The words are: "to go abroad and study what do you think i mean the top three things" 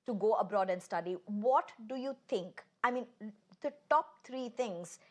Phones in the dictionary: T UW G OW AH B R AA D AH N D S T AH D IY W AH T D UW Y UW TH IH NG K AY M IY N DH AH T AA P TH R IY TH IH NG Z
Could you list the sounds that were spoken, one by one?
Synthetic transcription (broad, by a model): T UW G OW AH B R AA D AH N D S T AH D IY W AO T D UW Y UW T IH NG K AY M IY N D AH T AA P T R IY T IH NG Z